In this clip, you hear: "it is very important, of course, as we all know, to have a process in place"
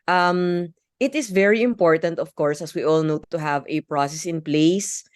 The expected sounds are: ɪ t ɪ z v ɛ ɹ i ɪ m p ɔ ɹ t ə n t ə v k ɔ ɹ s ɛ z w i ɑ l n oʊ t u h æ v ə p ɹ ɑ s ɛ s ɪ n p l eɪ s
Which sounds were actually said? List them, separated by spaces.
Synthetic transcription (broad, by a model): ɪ t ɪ s v ɛ ɹ i ɪ m p ɔ ɹ t ə n t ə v k ɔ ɹ s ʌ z w i ɑ l n oʊ t u h æ v ə p ɹ ɑ s ɛ s ɪ n p l eɪ s